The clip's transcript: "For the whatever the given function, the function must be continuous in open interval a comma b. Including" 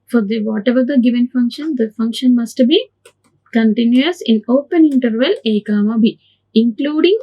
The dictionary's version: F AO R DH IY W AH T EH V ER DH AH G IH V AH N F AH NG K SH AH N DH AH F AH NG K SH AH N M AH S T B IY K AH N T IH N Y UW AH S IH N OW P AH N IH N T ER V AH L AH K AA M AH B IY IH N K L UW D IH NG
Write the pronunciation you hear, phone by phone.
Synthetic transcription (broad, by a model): F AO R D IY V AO T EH V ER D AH G IH V AH N F AH NG K SH AH N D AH F AH NG K SH AH N M AH S T B IY K AH N T IH N Y UW AH S IH N OW P AH N IH N T ER V AH L AH K AA M AH B IY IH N K L UW D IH NG